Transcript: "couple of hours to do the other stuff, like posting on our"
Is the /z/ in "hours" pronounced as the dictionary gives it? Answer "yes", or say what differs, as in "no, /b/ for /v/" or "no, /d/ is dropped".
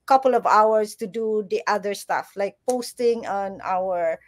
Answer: no, /s/ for /z/